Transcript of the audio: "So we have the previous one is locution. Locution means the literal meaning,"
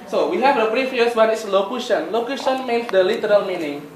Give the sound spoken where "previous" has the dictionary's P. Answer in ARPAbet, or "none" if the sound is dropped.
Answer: B